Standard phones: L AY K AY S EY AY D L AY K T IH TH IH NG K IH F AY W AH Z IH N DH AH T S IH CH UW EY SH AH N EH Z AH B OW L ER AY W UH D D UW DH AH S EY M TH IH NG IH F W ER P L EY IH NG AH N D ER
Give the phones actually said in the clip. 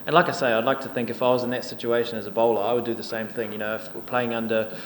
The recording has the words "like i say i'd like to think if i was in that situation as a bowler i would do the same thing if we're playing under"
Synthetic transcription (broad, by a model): L AY K AY S EY AY D L AY K T IH TH IH NG K IH F AY W AH Z IH N DH AH T S IH CH UW EY SH AH N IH Z AH B OW L ER AY W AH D D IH DH AH S EY M TH IH NG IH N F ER P L EY IH NG AH N D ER